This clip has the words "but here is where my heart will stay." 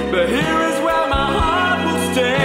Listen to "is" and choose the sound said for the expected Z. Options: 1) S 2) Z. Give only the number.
2